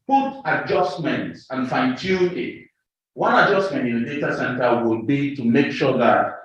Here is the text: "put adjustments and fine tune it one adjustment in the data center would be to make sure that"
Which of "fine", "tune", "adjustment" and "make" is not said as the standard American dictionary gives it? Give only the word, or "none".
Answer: tune